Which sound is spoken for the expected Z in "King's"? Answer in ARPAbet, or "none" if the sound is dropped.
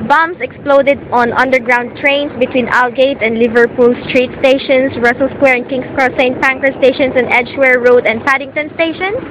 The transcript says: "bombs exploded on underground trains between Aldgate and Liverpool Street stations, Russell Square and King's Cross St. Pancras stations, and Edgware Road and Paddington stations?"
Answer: S